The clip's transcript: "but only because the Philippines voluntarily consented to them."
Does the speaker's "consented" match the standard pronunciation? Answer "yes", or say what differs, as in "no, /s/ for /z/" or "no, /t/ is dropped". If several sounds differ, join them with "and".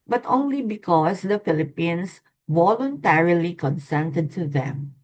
yes